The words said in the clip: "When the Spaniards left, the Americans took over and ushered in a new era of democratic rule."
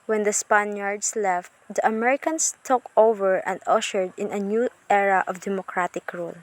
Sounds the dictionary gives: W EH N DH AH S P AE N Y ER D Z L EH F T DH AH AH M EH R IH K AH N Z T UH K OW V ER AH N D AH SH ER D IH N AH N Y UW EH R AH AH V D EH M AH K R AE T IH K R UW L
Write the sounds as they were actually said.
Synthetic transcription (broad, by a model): W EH N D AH S P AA N Y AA D S L EH F T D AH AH M EH R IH K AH N S T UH K OW V ER AH N D AH SH ER D IH N AH N Y UW EH R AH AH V D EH M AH K R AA T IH K R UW L